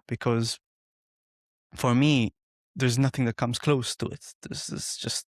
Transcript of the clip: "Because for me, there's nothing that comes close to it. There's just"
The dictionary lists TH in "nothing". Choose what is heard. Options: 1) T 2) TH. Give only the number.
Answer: 2